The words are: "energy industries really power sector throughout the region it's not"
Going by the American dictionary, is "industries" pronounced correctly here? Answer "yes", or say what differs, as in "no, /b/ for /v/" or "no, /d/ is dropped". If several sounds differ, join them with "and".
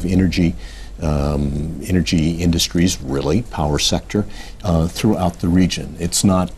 yes